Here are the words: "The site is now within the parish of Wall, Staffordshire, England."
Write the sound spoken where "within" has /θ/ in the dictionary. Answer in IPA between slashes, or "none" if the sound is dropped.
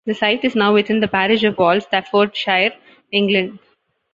/t/